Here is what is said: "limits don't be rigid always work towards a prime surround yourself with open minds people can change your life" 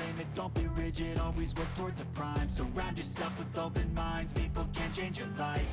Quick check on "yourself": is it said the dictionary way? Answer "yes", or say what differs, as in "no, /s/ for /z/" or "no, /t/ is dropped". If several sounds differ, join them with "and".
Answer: no, /l/ is dropped